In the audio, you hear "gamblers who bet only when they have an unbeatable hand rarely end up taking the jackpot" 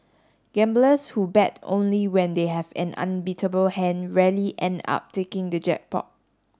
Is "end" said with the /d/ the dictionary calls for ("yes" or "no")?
yes